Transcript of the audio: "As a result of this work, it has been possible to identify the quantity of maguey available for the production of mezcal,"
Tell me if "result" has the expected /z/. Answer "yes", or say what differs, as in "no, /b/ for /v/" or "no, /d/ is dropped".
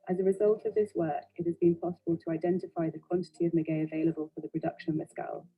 yes